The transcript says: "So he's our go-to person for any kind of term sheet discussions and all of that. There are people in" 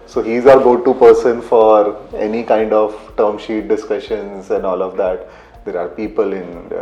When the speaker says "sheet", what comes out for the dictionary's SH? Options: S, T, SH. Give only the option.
SH